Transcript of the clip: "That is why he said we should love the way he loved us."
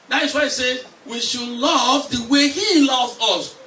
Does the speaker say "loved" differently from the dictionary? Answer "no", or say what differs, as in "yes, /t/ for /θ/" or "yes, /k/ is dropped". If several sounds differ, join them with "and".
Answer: yes, /d/ is dropped